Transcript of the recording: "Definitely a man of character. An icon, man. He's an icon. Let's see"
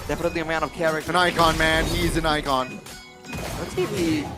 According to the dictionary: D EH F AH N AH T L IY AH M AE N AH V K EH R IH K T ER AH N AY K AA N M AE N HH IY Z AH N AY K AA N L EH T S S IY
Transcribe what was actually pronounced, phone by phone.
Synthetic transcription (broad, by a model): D EH F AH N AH T L IY AH M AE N AH V K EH R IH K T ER AH N AY K AA N M AE N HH IY Z AH N AY K AA N W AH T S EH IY